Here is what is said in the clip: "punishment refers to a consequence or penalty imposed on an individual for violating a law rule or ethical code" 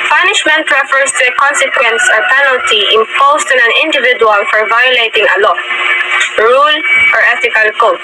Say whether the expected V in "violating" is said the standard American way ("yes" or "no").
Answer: yes